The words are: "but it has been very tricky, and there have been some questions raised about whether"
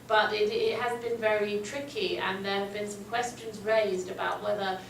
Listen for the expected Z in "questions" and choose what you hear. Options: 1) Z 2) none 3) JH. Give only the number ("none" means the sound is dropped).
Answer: 1